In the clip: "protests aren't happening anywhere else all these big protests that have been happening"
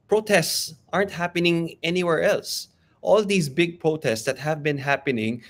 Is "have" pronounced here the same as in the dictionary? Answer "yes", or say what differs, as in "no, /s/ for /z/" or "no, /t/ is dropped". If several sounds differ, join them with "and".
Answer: yes